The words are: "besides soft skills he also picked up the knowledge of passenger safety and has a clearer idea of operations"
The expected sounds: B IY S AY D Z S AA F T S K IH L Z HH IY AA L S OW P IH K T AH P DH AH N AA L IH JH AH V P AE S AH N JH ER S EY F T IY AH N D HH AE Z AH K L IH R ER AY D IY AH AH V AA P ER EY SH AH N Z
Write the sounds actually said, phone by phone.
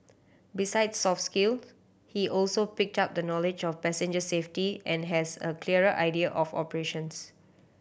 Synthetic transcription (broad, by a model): B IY S AY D S AA F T S K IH L HH IY AA L S OW P IH K T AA P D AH N AA L IH JH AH F P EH S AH N JH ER S EY F T IY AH N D HH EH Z AH K L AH R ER AY D IY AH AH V AA P ER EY SH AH N S